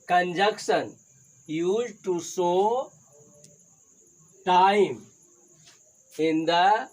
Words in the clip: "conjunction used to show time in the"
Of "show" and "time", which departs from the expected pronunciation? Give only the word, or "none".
show